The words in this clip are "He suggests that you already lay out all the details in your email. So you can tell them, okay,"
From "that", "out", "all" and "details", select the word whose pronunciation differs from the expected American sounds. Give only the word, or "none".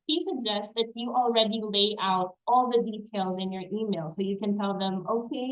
none